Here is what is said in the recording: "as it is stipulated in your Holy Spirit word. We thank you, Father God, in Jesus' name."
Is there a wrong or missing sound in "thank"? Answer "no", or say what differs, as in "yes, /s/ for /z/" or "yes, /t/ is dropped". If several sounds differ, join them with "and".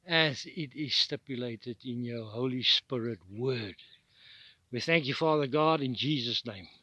no